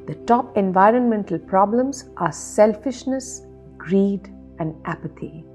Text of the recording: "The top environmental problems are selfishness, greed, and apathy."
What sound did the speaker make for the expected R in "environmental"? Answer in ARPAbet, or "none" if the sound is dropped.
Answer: R